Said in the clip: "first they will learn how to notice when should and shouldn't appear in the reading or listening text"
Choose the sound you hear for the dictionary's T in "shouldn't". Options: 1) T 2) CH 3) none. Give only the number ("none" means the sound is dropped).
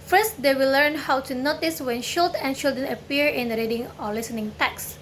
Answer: 3